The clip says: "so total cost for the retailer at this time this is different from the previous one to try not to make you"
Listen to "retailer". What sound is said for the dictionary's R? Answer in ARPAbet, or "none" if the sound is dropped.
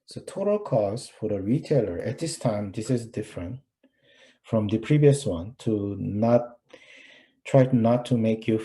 R